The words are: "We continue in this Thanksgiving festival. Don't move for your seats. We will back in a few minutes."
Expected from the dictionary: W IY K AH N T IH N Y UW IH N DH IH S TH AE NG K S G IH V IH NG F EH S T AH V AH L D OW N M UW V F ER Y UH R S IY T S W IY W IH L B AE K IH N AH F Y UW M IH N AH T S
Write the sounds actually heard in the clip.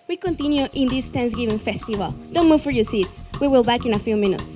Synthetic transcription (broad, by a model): W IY K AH N T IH N Y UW IH N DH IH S T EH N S G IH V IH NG F EH S T AH V AH L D OW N M UW V F ER Y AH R S IY T S W IY W IH L B AE K IH N AH F Y UW M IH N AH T S